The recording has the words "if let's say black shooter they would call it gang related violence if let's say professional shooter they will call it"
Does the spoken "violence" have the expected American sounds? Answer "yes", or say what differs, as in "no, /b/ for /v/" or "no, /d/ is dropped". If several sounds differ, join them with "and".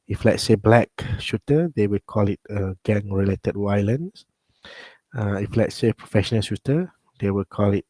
no, /w/ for /v/